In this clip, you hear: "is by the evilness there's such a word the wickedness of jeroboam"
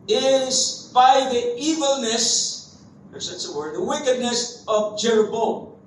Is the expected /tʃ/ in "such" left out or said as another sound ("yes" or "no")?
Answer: yes